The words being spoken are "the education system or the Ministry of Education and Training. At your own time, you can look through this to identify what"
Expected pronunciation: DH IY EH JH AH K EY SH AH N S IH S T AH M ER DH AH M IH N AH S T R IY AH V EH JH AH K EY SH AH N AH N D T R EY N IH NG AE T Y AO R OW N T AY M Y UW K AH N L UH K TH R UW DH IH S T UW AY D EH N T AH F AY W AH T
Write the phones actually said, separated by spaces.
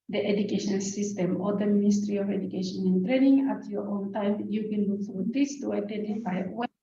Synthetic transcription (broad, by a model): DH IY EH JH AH K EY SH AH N S IH S T AH M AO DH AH M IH N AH S T R IY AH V EH JH AH K EY SH AH N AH N T R EY N IH NG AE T Y AO R OW N T AY M Y UW K AH N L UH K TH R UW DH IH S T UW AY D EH N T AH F AY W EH